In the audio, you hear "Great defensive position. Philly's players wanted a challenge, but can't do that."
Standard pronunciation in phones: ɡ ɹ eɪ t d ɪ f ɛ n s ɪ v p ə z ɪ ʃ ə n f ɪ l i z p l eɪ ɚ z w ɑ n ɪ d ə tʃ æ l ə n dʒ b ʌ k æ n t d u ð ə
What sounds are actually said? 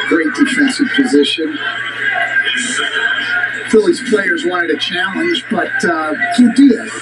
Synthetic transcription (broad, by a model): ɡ ɹ eɪ t d ɪ f ɛ n s ɪ v p ə z ɪ ʃ ə n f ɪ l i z p l eɪ ɚ z w ɑ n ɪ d ə tʃ æ l ə n dʒ b ʌ t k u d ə